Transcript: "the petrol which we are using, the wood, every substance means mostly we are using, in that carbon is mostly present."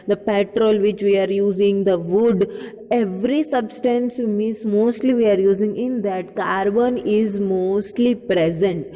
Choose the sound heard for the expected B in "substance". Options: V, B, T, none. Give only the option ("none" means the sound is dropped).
B